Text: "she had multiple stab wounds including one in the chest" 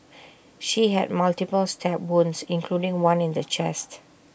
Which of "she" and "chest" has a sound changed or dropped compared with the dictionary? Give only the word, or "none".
none